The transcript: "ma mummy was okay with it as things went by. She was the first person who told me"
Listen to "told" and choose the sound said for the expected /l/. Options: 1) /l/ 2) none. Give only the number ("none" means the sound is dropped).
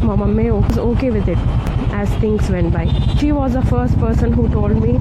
1